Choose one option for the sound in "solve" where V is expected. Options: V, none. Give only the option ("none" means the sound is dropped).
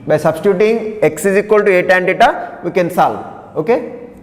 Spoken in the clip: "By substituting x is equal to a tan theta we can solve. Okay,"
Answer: none